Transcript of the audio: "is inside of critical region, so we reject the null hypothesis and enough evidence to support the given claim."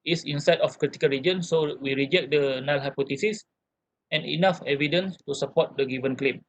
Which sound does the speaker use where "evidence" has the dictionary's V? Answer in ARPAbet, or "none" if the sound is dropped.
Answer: V